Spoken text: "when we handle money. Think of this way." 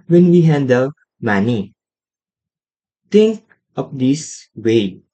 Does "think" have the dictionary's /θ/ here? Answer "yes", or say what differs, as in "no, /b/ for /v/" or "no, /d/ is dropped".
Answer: no, /t/ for /θ/